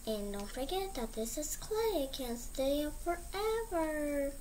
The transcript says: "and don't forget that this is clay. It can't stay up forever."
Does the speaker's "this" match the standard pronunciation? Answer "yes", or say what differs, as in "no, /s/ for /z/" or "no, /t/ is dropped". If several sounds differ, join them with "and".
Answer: yes